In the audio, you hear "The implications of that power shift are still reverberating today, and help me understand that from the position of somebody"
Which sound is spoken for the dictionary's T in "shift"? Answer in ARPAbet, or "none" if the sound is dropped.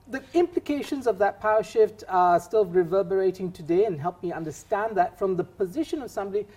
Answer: T